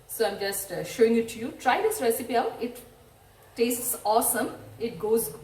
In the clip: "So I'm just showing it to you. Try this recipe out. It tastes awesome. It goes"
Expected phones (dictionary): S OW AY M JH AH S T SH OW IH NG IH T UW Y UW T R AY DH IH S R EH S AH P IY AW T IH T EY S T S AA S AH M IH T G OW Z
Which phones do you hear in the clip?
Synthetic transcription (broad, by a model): S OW AY M JH AH S T SH OW IH NG IH T UW Y UW T R AY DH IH S R EH S AH P IY AW T IH T EY S T S AA S AH M IH T G OW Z